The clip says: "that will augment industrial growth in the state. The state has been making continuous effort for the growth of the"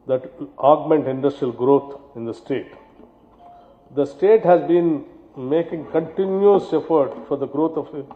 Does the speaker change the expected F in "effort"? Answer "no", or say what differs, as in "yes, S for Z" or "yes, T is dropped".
no